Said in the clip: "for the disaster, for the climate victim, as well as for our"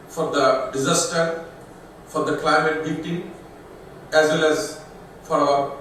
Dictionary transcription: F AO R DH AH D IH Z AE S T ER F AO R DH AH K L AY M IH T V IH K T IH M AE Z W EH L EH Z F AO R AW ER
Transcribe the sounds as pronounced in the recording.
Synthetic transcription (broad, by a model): F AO R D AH D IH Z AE S T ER F AO R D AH K L AY M IH T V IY T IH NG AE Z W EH L EH Z F AO R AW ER